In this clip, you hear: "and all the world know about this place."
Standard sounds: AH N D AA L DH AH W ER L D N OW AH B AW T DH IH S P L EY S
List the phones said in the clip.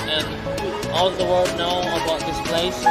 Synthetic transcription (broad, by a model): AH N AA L DH AH W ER D N OW AH B AW T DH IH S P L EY S